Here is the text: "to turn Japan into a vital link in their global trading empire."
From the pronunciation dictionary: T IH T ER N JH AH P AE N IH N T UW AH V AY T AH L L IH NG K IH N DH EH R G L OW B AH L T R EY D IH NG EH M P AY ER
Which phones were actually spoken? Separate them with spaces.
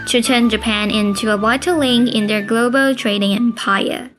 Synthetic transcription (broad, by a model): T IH T ER N JH AH P AE N IH N T UW AH W AY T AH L L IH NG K IH N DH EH R G L OW B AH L T R EY D IH NG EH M P AY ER